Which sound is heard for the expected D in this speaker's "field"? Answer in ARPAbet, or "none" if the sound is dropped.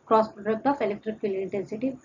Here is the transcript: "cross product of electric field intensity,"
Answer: none